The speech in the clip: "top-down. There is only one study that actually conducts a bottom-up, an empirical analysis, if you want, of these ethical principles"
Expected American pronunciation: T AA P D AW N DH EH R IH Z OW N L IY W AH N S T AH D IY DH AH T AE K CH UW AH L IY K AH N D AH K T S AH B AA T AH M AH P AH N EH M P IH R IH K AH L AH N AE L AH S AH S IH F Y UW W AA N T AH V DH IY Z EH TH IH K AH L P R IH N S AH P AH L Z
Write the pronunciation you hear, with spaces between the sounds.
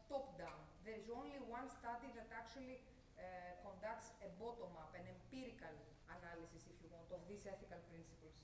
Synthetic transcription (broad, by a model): T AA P D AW N DH EH R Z OW N L IY W AH N S T AH D IY DH AH T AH K CH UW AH L IY K AH N D AH K T S AH B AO T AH M AH P AH N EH M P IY R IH K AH L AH N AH L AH S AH S IH F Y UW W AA N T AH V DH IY S EH TH IH K AH L P R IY N S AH P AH L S